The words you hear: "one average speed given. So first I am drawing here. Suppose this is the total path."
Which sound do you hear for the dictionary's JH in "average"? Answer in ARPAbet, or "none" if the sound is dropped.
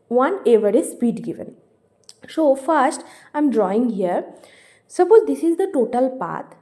Z